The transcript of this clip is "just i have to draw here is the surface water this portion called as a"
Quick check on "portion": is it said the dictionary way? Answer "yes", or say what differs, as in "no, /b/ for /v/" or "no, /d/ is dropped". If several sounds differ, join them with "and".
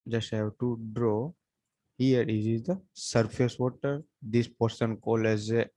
no, /s/ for /ʃ/